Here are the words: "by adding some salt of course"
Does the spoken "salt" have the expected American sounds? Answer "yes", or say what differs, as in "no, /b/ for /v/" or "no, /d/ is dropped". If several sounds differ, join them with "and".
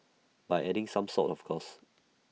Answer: no, /l/ is dropped